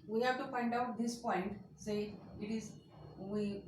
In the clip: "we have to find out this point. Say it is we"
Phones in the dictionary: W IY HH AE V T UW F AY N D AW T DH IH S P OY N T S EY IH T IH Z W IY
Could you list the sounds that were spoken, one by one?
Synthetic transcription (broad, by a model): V IY HH AE V T UW P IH N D AW T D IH S P OY N T S EY IH T IH Z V IY